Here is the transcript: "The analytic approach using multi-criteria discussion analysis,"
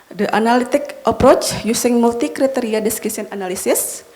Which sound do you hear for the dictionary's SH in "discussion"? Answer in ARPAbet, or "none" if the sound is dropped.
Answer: S